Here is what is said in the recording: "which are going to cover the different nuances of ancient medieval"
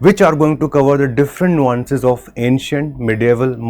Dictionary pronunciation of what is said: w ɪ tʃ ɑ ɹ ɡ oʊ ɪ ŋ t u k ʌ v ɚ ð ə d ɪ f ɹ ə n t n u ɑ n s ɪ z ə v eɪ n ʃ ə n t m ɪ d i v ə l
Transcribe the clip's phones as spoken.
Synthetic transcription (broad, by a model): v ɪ tʃ ɑ ɹ ɡ oʊ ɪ ŋ t u k ʌ v ɚ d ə d ɪ f ɹ ə n t n u ɑ n s ɪ z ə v eɪ n ʃ ə n t m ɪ d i v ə l